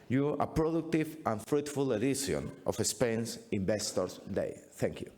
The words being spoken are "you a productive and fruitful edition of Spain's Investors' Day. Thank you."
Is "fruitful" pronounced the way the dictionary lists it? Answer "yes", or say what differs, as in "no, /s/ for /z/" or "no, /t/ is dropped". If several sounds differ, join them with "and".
yes